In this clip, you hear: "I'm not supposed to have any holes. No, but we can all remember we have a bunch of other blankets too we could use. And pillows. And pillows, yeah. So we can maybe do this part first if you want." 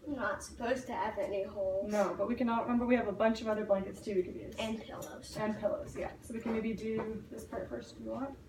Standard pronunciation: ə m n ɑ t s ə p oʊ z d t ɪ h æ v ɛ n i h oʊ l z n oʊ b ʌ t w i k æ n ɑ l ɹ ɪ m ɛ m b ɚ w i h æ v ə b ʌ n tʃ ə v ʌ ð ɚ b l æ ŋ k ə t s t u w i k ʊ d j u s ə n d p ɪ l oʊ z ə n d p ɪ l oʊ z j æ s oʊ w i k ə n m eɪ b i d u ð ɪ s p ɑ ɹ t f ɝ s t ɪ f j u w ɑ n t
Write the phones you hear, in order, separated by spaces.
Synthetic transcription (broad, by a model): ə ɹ n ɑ t s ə p oʊ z t ɪ v ɛ n i h oʊ l n oʊ b ʌ t w i k æ n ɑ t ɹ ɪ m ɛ m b ɚ w i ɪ v ə b ʌ n tʃ ə v ʌ ð ɚ b l æ ŋ k ə t s t u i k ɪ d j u ə n p ɪ l oʊ z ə n p ɪ l oʊ z j æ s oʊ w i k ə n m eɪ b i d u ð ɪ s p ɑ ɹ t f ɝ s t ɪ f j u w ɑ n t